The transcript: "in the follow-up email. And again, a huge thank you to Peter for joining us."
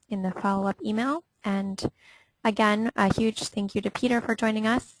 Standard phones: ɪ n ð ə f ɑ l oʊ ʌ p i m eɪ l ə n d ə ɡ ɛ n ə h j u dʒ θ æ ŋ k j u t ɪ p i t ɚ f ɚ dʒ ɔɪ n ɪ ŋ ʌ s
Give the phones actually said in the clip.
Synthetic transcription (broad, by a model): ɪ n ð ə f ɑ l oʊ ʌ p i m eɪ l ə n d ə ɡ ɛ n ə h j u dʒ θ æ ŋ k j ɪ t ɪ p i t ɚ f ɚ dʒ ɔɪ n ɪ ŋ ʌ s